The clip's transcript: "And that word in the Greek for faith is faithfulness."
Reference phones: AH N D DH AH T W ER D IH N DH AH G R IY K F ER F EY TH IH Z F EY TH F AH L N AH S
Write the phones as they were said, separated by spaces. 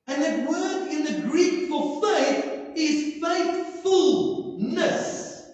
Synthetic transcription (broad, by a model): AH N DH AH T W ER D IH N DH AH G R IY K F ER F EY TH IH Z F EY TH F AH L N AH S